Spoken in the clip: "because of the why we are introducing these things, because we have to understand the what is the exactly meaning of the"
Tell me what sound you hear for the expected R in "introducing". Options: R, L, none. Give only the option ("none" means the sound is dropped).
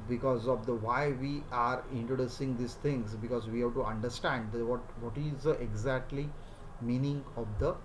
R